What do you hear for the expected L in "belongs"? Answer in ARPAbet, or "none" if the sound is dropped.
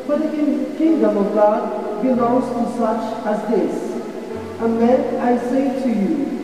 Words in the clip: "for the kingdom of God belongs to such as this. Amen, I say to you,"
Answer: N